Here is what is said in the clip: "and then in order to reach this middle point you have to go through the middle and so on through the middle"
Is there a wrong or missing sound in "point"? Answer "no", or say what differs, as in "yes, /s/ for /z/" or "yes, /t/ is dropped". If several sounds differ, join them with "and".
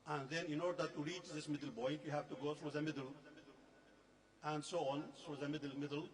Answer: yes, /b/ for /p/